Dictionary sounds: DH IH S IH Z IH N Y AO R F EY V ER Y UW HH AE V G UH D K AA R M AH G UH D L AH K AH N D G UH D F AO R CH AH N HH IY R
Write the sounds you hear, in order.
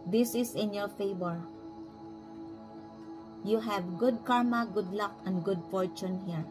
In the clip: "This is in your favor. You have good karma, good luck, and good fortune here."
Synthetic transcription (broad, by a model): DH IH S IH S IH N Y AO R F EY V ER Y UW HH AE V G UH D K AA R M AH G UH D L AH K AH N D G UH D F AO R CH AH N HH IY R